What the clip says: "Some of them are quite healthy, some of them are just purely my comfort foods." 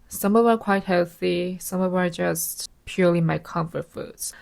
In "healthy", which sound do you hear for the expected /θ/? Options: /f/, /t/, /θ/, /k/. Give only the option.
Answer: /θ/